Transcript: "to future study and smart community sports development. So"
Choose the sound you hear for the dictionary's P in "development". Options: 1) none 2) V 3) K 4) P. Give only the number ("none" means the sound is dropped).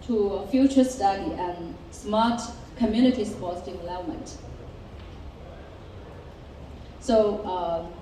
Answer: 1